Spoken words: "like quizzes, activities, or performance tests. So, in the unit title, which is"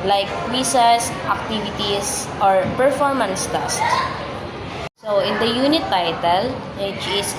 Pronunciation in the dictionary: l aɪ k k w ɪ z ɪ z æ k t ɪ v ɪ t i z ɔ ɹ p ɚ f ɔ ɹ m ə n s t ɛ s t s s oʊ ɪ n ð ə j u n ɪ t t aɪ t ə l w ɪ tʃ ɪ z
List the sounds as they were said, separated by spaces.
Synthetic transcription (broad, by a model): l aɪ k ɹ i s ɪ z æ k t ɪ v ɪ t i s ɔ ɹ p ɚ f ɔ ɹ m ə n s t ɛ s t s s oʊ ɪ n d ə j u n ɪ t t aɪ t ə l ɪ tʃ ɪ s